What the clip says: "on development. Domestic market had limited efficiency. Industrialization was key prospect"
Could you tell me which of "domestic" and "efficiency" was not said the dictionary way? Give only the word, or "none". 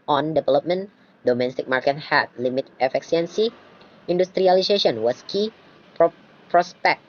efficiency